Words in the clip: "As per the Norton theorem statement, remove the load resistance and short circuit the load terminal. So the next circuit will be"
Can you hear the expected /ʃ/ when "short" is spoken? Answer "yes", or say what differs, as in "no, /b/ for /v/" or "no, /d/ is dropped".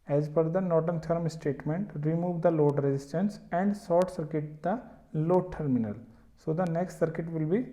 no, /s/ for /ʃ/